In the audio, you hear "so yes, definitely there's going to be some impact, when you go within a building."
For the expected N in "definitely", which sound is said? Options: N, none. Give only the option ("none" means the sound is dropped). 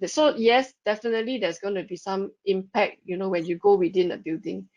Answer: N